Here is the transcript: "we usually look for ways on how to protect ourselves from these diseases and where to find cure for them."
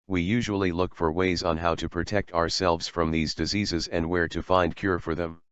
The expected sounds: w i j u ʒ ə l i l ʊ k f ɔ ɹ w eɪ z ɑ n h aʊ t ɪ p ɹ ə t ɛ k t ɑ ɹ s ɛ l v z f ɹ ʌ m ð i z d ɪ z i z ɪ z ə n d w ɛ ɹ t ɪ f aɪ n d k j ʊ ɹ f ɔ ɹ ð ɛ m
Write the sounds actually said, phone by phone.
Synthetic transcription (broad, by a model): w i j u ʒ ə l i l ʊ k f ɔ ɹ w eɪ z n h aʊ t ɪ p ɹ ə t ɛ k t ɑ ɹ s ɛ l v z f ɹ ʌ m ð i z d ɪ z i z ɪ z ə n d w ɛ ɹ t ɪ f aɪ n d k j ʊ ɹ f ɔ ɹ ð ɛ m